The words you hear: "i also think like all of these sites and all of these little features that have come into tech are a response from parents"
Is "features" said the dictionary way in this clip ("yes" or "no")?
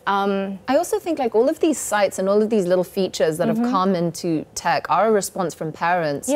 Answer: yes